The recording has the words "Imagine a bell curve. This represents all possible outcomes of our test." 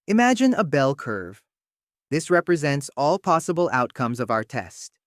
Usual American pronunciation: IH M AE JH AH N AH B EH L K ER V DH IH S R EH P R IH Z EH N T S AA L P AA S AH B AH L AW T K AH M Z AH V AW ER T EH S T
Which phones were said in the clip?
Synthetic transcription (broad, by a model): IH M AE JH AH N AH B EH L K ER V DH IH S R EH P R IH Z EH N T S AA L P AA S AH B L AW T K AH M Z AH V AW ER T EH S T